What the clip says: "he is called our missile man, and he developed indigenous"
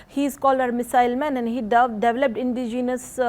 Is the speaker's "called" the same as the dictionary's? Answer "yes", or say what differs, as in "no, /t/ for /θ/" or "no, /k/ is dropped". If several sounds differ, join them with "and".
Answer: no, /d/ is dropped